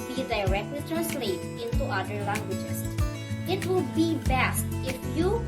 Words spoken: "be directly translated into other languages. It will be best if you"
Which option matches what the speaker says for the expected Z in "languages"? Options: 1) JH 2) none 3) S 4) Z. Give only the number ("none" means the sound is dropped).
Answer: 3